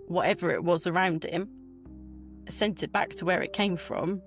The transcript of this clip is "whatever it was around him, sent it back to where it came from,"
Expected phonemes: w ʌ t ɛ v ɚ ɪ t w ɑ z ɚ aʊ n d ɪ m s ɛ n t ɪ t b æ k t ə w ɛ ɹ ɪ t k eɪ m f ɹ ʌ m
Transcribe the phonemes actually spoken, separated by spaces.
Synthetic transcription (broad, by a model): w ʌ t ɛ v ɚ ɪ t w ɑ z ɚ aʊ n d ɪ m s ɛ n t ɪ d b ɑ k t ə w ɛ ɹ ɪ t k eɪ m f ɹ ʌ m